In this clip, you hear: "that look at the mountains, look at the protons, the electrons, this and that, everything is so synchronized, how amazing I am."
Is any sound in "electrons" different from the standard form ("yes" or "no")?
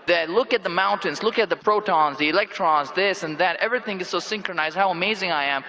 no